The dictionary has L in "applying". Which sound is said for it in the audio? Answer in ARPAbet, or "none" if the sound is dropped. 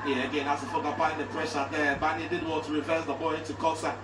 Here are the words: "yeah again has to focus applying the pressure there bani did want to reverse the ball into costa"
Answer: none